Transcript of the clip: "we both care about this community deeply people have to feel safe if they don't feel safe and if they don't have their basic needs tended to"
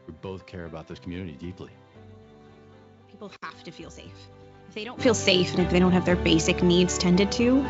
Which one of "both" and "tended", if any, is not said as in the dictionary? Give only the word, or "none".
none